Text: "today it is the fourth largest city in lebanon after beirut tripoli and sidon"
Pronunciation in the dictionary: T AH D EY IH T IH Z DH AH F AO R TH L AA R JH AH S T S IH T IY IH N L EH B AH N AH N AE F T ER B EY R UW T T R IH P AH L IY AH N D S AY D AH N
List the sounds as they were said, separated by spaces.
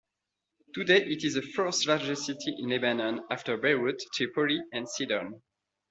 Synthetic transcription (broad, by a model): T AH D EY IH T IH Z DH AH F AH R T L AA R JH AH S T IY T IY IH N L EH B AH N AH N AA F T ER B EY W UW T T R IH P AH L IY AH N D S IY D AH N